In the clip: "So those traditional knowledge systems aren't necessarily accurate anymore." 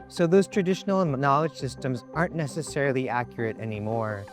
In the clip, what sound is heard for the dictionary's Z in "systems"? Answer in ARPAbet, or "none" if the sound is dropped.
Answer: Z